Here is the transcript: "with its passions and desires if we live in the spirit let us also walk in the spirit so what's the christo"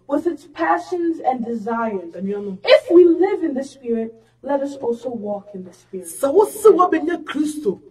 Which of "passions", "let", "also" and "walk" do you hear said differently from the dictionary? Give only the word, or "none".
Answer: none